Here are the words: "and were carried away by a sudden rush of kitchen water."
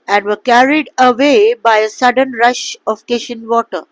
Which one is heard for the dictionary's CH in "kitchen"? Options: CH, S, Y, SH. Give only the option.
SH